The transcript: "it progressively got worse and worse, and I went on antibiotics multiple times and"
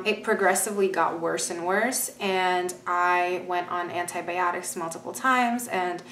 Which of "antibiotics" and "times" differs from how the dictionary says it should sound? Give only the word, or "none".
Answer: none